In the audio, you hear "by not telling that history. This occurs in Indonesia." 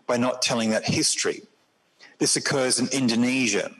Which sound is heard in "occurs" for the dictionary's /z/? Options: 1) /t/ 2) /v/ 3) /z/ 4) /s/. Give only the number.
3